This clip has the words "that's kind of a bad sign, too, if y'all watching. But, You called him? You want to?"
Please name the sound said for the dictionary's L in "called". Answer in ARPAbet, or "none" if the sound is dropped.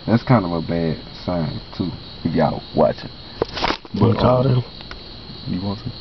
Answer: none